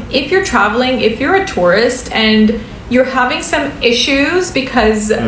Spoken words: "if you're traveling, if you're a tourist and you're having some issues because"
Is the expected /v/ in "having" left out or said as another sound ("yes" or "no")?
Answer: no